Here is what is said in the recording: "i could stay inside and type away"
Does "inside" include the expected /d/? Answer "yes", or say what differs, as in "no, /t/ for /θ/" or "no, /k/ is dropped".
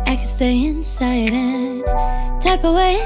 yes